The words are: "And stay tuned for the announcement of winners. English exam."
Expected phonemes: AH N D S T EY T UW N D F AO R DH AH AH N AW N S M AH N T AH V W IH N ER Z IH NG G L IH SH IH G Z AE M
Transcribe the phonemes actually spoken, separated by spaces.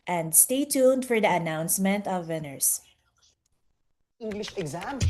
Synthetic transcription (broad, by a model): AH N D S T EY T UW N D F AO R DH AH AH N AW N S M AH N T AH V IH N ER S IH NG G L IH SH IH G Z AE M